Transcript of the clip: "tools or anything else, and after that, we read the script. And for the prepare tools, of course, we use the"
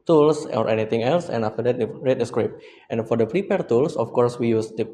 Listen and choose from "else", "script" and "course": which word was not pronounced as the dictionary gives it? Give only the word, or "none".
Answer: none